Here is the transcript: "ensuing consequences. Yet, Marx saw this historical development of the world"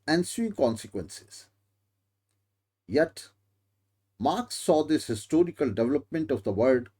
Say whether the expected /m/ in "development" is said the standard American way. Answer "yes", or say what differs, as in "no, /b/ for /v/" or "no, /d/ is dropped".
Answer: yes